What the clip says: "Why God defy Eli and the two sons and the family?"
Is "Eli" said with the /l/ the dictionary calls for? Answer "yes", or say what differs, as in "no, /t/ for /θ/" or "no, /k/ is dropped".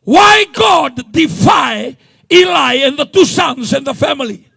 yes